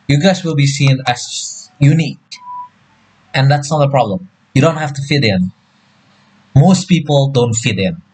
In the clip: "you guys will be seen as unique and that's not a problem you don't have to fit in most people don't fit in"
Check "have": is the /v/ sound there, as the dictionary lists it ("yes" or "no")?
no